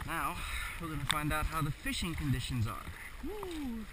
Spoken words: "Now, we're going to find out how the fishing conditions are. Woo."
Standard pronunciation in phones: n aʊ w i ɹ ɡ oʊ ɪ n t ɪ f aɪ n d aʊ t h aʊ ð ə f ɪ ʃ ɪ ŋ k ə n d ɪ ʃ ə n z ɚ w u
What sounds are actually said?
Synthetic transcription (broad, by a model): n aʊ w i l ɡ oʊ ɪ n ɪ f aɪ n d aʊ t h aʊ ð ə f ɪ ʃ ɪ ŋ k ə n d ɪ ʃ ə n z ɚ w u